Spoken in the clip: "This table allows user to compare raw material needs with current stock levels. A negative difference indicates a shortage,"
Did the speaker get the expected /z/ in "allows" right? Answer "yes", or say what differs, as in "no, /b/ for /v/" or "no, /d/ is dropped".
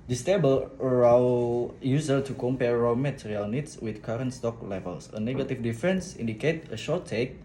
no, /z/ is dropped